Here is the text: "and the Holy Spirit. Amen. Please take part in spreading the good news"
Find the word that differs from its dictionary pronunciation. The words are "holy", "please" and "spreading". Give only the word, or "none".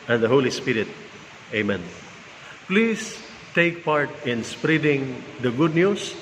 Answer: please